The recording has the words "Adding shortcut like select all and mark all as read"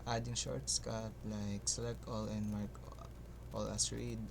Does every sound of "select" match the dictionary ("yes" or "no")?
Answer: no